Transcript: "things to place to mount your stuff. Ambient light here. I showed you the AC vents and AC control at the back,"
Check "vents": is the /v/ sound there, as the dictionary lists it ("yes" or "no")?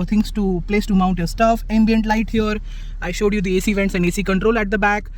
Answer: yes